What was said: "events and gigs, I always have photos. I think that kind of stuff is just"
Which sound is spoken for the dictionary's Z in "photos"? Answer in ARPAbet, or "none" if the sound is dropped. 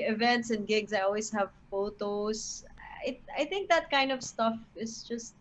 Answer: S